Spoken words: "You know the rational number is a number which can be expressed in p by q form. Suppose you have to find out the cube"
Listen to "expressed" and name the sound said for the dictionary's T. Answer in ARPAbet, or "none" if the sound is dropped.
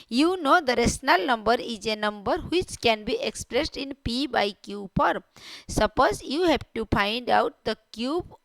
T